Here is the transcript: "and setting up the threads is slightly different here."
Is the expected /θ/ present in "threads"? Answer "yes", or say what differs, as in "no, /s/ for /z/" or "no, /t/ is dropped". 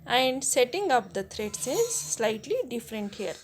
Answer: no, /t/ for /θ/